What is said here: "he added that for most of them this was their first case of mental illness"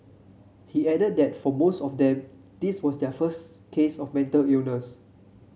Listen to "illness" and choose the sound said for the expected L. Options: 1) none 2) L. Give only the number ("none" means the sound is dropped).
1